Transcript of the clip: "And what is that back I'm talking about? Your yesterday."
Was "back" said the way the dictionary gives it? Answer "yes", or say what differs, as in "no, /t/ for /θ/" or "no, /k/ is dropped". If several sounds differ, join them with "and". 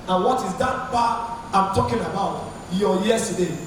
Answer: no, /k/ is dropped